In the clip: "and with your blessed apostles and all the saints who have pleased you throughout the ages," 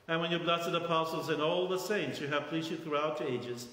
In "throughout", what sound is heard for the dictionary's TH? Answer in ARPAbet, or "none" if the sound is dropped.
TH